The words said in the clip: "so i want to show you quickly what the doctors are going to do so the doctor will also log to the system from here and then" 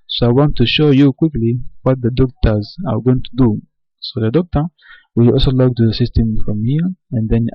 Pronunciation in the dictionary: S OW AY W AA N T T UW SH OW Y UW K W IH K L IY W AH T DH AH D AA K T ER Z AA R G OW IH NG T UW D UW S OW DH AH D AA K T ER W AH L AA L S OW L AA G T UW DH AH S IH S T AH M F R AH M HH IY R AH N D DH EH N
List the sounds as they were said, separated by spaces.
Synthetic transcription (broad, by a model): S OW AY W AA N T T UW SH OW Y UW K W IH K L IY W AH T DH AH D AA K T ER Z AA R G OW IH NG T UW D UW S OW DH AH D AA K T ER W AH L AA L S OW L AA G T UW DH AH S IH S T AH M F R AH M HH IY R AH N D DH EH N